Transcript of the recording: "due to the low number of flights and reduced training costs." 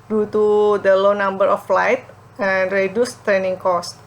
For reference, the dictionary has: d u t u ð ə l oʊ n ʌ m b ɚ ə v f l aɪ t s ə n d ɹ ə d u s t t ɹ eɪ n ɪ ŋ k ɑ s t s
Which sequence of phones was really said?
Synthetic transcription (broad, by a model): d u t u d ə l oʊ n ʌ m b ɚ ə f l aɪ t ə n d ɹ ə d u s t t ɹ eɪ n ɪ ŋ k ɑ s t